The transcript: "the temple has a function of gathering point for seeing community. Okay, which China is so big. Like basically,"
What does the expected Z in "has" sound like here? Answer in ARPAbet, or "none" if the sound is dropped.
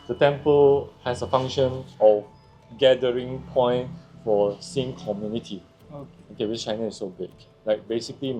S